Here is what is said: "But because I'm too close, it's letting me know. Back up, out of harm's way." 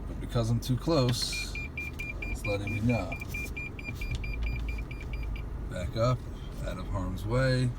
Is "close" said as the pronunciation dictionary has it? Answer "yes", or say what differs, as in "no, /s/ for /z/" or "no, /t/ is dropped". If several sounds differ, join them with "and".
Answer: no, /s/ is dropped